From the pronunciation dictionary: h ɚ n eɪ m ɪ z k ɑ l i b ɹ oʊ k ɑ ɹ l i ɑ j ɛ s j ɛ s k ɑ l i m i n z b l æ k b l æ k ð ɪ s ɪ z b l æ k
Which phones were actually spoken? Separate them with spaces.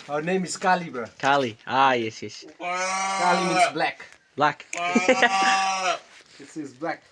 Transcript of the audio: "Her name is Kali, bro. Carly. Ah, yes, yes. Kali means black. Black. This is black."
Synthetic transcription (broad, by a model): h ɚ n eɪ m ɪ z k ɑ l i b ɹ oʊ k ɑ l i ɑ j ɛ s j ɛ s k ɑ l i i z b l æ k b l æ k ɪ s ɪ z b l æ k